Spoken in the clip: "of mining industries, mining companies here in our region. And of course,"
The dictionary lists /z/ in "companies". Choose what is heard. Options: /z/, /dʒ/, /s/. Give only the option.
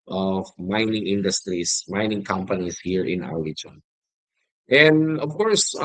/s/